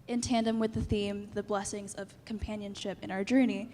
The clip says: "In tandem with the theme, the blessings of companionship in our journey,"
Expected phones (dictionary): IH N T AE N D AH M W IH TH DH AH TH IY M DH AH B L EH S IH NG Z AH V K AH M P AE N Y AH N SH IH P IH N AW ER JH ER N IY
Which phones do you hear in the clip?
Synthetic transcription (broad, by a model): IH N T AE N D AH M W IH DH AH TH IY M DH AH B L EH S IH NG Z AH V K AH M P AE N Y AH N SH IH P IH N AW ER JH ER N IY